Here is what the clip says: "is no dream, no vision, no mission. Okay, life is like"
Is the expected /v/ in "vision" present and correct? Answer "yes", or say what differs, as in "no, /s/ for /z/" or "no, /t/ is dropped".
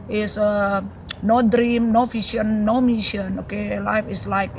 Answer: no, /f/ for /v/